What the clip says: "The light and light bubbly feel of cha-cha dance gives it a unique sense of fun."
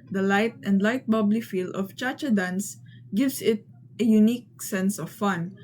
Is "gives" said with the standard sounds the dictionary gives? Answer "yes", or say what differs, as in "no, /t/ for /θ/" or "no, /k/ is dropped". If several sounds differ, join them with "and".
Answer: no, /s/ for /z/